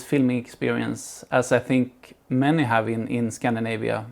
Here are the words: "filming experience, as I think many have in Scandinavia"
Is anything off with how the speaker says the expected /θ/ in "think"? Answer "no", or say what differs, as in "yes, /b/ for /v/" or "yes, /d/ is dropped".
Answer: no